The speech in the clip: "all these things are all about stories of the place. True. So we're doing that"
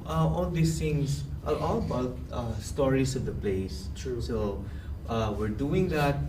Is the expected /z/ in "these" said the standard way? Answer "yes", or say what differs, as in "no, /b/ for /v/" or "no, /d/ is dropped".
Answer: no, /s/ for /z/